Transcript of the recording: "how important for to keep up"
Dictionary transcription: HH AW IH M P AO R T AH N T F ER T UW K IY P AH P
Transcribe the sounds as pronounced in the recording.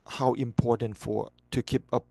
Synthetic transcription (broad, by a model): HH AW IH M P AO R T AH N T F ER T UW K IY P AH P